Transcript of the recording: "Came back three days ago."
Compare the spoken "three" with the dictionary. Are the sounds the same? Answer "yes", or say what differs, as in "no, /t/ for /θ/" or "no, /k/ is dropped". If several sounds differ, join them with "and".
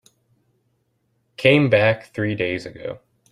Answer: yes